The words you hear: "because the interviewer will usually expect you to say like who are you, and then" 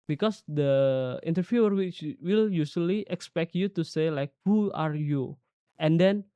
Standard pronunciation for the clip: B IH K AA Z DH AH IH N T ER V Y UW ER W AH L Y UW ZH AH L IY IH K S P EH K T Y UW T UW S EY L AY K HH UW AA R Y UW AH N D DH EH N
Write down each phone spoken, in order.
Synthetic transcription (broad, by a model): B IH K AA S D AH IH N T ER F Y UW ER W AH L Y UW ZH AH L IY IH K S P EH K T Y UW T UW S EY L AY K HH UW AA R Y UW AH N D EH N